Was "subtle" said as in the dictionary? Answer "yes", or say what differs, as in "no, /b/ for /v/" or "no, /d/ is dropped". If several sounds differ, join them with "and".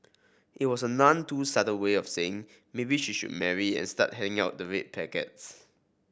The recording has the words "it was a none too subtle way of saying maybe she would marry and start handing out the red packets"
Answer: no, /n/ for /l/